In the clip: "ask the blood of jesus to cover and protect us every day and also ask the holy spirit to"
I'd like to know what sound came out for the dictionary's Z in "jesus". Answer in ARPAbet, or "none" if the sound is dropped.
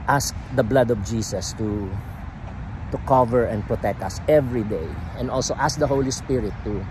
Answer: S